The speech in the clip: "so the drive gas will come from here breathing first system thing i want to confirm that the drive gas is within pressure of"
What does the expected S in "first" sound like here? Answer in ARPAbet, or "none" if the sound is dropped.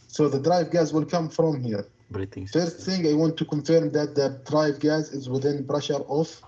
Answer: none